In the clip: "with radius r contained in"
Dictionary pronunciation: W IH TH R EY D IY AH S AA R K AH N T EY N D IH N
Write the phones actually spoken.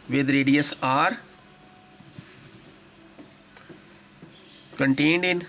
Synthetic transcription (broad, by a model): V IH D R EY D IY AH S AA R K AH N T EY N D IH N